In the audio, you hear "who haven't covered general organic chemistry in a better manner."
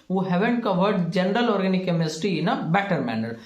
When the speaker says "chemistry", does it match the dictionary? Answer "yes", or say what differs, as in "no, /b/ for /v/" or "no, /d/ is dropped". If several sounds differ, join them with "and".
no, /ɹ/ is dropped